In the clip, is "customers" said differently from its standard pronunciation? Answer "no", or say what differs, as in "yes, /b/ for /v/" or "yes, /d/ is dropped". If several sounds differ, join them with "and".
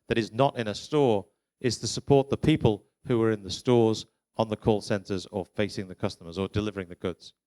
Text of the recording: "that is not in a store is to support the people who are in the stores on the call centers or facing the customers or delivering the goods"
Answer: no